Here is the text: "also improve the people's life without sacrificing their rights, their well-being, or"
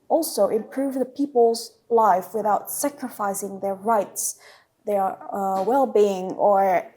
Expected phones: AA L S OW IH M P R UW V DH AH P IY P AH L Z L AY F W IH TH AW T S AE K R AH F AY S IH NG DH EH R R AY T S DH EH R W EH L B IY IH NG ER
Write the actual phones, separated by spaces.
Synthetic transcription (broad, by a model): AA L S OW IH M P R UW V DH AH P IY P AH L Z L AY F W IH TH AW T S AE K R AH F AY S IH NG DH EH R R AY T S DH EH R W EH L B IY IH NG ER